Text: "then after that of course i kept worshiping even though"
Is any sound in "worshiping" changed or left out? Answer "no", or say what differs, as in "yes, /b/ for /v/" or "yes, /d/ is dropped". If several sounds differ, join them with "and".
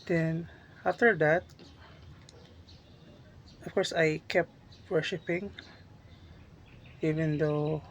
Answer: no